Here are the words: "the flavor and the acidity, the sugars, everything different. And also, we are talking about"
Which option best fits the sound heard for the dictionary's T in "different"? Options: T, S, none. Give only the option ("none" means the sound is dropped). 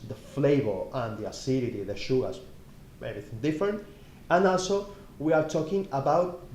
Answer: T